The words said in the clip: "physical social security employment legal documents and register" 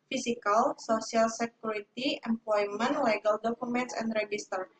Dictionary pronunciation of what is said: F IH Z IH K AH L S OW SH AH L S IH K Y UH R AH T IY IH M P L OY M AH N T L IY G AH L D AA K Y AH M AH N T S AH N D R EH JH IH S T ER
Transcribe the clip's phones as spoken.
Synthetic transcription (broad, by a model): F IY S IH K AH L S OW S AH L S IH K Y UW R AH T IY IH M P L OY M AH N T L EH G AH L D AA K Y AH M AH N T S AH N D R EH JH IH S T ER